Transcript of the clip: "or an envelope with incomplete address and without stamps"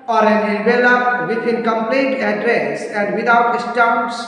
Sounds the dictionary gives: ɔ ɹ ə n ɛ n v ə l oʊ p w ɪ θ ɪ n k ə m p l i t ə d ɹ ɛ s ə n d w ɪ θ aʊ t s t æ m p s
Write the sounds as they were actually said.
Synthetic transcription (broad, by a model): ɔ ɹ ə n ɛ v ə l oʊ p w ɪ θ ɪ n k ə m p l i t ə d ɹ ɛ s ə n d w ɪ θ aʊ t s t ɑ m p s